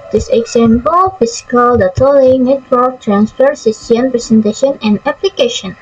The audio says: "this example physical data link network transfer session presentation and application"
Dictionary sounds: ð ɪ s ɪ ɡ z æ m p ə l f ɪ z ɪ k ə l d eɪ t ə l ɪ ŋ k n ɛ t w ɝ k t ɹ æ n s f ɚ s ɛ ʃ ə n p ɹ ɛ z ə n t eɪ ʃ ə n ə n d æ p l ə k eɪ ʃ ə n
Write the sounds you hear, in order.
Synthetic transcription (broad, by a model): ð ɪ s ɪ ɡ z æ m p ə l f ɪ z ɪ k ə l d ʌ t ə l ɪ n ɛ t w ɝ k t ɹ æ n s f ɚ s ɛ s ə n p ɹ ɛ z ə n t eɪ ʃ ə n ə n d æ p l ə k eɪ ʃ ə n